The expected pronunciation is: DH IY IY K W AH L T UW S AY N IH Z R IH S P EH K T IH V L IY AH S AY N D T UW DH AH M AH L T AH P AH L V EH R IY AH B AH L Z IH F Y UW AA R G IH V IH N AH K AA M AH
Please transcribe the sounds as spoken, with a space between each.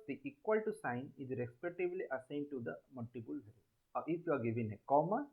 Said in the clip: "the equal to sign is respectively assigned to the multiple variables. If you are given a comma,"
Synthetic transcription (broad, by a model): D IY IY K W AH L T UW S AY N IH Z R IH S P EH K T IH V L IY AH S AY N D T UW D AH M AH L T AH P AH L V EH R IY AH AH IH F Y UW AA R G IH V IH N AH K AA M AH